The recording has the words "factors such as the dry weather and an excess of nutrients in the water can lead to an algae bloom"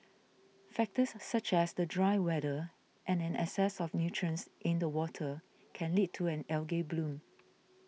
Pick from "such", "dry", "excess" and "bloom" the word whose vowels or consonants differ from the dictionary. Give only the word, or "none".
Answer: excess